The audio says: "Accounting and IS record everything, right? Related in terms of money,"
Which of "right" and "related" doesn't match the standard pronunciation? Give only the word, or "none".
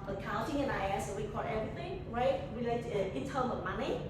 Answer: related